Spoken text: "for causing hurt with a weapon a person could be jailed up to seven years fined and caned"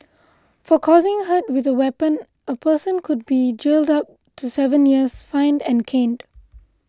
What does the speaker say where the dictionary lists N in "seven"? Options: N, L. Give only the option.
N